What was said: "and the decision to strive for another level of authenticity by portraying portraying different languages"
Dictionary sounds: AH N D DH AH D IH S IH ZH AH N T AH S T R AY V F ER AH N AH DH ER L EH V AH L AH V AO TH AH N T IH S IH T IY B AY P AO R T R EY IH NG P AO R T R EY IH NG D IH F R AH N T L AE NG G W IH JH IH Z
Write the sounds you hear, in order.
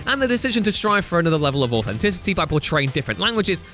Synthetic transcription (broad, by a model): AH N DH AH D IH S IH ZH AH N T AH S T R AY V F ER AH N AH DH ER L EH V AH L AH V AO TH AH N T IH S IH T IY B AY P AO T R EY IH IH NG D IH F R AH N T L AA NG G W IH JH IH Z